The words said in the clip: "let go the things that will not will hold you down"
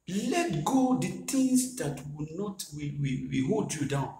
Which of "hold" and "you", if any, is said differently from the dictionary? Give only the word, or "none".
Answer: none